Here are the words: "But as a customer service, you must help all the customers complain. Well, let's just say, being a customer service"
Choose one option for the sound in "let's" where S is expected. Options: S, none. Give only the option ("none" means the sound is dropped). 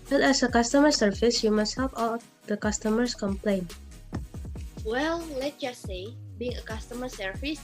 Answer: none